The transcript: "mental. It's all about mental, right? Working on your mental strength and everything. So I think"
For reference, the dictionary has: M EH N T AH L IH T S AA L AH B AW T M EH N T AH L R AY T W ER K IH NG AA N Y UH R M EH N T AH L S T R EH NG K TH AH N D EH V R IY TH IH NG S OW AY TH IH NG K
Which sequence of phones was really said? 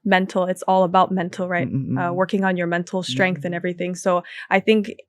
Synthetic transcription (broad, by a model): M EH N T L IH T S AA L AH B AW T M EH N T L R AY T W ER K IH NG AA N Y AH R M EH N T L S T R EH NG K TH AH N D EH V R IY TH IH NG S OW AY TH IH NG K